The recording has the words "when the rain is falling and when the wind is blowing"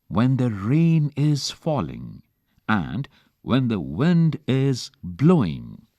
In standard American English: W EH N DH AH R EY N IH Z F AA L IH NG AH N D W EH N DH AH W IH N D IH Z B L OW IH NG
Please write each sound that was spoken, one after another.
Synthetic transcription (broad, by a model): W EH N DH AH R EY N IH Z F AA L IH NG AH N D W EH N DH AH W IH N D IH Z B L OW IH NG